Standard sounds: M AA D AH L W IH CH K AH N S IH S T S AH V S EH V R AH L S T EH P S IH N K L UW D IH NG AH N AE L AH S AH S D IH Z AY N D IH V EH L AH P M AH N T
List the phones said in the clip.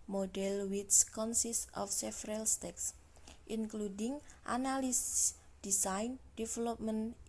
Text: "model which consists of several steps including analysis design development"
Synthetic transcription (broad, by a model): M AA D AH L W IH S K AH N S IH S T AH F S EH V R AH L S T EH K S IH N K L UW D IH NG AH N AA L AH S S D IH S AY N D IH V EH L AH P M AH N